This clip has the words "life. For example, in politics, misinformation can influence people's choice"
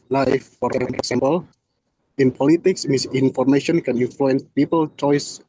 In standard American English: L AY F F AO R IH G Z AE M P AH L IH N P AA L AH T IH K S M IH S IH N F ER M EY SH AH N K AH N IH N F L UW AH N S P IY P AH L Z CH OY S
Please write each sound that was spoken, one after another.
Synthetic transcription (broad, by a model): L AY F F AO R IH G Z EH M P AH L IH N P AA L AH T IH K S M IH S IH N F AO M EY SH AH N K AH N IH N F L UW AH N S P IY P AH L CH OY S